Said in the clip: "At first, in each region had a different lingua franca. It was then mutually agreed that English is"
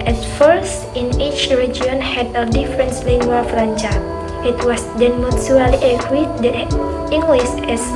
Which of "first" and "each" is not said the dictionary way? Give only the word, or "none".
none